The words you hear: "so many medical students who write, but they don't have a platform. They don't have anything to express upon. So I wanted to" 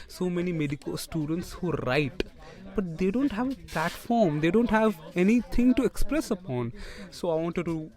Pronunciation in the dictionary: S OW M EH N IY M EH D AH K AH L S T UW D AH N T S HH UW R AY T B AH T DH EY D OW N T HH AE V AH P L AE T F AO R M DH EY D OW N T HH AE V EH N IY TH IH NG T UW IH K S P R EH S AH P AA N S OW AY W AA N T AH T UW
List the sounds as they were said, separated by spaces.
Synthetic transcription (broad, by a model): S OW M EH N IY M EH D AH K AH L S T UW D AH N T S HH UW R AY T B AH T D EY D OW N T HH AE V AH P L AE T F AO R M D EY D OW N T HH AE V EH N IY T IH NG T UW IH K S P R EH S AH P AA N S OW AY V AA N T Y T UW